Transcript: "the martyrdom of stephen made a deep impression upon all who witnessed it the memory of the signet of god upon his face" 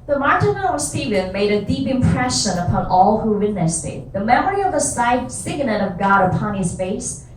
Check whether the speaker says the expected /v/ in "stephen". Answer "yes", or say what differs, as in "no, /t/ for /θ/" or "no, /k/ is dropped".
yes